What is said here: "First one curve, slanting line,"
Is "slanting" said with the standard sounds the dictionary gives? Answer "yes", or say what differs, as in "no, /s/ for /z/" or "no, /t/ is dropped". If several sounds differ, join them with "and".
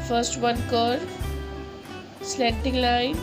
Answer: no, /n/ is dropped